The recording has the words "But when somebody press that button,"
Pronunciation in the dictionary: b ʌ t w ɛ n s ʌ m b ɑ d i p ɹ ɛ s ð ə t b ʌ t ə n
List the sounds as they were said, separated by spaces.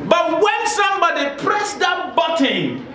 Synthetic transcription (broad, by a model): b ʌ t w ɛ n s ʌ m b ɑ d i p ɹ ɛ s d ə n b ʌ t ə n